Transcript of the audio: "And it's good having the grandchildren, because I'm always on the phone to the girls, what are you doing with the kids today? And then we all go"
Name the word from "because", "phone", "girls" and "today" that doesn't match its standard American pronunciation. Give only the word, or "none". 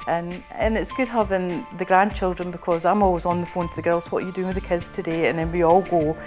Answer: none